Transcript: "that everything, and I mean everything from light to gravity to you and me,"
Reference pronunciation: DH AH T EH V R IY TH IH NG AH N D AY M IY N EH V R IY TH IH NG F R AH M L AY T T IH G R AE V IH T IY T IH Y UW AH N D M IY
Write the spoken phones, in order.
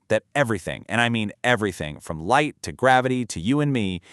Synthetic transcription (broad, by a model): DH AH T EH V R IY TH IH NG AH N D AY M IY N EH V R IY TH IH NG F R AH M L AY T T IH G R AE V IH T IY T IH Y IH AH N M IY